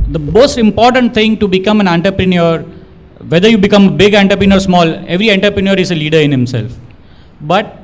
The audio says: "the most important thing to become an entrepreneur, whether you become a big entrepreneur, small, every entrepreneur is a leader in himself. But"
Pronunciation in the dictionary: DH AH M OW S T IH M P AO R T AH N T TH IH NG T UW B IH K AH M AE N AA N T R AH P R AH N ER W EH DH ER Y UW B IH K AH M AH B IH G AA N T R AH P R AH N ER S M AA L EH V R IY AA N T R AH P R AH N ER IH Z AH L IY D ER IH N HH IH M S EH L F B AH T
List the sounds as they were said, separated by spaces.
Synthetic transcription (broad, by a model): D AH M OW S T IH M P AO R T AH N T T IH NG T UW B IH K AH M AE N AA N T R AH P R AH N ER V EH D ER Y UW B IH K AH M AH B IH G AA N T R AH P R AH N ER S M AA L EH V R IY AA N T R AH P R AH N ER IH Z AH L IY D ER IH N HH IH M S EH L F B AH T